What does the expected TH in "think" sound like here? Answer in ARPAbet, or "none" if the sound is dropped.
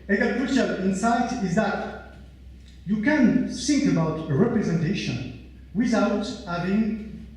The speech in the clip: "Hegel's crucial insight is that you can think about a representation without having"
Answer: S